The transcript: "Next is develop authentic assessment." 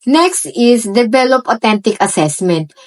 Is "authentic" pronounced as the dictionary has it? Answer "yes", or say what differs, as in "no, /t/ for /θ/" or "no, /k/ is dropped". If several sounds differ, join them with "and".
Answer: no, /t/ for /θ/